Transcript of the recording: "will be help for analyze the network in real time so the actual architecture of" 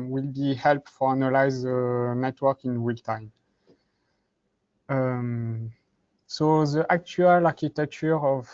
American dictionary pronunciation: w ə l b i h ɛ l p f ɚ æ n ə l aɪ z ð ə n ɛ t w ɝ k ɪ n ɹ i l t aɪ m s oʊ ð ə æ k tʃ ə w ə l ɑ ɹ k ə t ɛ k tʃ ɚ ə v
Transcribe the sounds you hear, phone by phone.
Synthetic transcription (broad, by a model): w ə l b i h ɛ l p f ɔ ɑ n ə l aɪ z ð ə n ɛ t w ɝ k ɪ n w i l t aɪ m s oʊ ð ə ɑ k tʃ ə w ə l ɑ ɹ k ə t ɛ k tʃ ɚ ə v